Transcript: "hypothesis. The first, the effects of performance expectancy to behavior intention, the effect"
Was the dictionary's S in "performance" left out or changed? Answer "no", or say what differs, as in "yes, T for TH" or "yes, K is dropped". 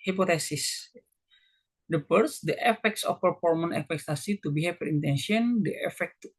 yes, S is dropped